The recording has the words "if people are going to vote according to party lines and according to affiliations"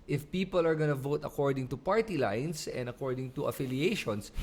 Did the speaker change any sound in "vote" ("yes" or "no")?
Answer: no